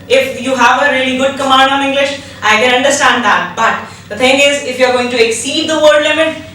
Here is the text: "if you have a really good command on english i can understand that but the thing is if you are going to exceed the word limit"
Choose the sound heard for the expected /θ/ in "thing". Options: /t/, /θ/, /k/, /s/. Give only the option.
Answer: /t/